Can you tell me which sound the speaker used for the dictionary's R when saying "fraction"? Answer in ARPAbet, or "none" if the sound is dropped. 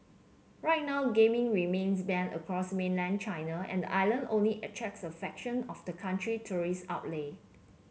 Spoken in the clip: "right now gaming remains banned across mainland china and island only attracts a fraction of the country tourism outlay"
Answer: none